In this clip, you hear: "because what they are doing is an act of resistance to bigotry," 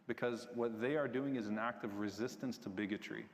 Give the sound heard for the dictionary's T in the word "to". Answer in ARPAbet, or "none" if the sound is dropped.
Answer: T